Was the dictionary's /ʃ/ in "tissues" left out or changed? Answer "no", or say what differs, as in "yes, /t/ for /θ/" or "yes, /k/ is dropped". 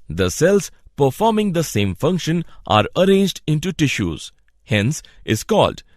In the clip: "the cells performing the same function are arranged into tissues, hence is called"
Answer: no